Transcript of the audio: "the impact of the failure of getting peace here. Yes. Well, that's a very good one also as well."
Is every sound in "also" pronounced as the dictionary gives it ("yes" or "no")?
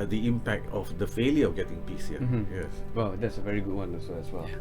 no